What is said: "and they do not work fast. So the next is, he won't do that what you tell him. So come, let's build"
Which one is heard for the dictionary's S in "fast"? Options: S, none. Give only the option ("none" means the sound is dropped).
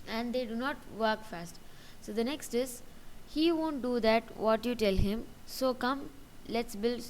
S